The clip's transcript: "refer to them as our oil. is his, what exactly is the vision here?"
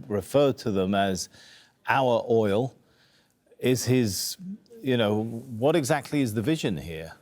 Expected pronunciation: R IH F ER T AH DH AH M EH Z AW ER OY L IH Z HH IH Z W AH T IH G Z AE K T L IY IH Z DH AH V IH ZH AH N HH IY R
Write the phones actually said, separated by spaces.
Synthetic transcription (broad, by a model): R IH F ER T AH DH AH M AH Z AW ER OY L IH Z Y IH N W AH T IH G Z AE K T L IY IH Z DH AH V IH ZH AH N HH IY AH